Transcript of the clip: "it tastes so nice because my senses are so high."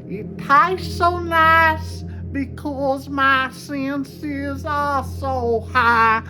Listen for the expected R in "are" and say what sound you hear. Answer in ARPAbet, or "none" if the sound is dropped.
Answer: L